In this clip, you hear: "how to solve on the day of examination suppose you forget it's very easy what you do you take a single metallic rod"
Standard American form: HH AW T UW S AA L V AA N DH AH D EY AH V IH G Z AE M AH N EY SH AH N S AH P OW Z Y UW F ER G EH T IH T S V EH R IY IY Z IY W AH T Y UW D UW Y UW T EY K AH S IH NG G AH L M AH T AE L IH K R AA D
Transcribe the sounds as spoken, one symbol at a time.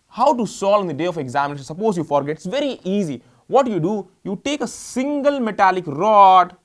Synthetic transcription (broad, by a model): HH AW T UW S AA L AA N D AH D EY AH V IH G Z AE M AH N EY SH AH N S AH P OW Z Y UW F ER G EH T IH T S V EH R IY IY Z IY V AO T Y UW D UW Y UW T EY K AH S IH NG G AH L M AH T AE L IH K R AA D